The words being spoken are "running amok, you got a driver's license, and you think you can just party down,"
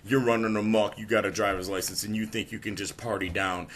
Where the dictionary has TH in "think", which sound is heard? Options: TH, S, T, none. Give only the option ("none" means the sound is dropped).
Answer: TH